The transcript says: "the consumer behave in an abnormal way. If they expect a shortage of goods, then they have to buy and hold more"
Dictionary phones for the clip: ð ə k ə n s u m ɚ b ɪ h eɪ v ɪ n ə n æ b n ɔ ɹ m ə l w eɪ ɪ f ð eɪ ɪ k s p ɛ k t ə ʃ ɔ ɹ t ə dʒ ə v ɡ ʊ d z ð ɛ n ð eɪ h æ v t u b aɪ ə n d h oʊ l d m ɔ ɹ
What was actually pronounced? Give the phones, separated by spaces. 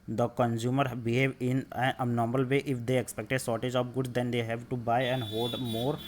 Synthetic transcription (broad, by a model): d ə k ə n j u m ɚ b ɪ h eɪ v ɪ n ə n n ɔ ɹ m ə l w eɪ ɪ f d eɪ ɪ k s p ɛ k t ə s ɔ ɹ t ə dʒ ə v ɡ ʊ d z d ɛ n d eɪ h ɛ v t u b aɪ ə n d h oʊ l d m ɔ ɹ